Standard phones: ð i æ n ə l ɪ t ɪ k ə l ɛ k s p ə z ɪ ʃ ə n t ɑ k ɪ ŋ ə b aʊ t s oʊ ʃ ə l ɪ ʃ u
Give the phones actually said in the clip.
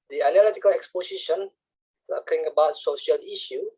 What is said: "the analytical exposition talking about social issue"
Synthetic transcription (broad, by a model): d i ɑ n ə l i t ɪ k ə l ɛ k s p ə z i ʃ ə n s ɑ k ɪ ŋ ə b aʊ t s oʊ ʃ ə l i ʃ u